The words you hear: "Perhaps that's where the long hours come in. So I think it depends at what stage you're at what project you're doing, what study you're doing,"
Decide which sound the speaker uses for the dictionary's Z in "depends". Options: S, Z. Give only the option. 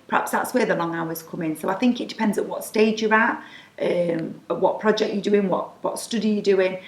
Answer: Z